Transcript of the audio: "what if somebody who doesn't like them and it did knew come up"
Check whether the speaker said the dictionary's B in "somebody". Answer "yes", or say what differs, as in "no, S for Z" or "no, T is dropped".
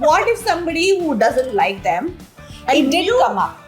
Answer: yes